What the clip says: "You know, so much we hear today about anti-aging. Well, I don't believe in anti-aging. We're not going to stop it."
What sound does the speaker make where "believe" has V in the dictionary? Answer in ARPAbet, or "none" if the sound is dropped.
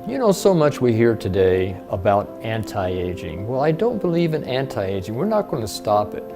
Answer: V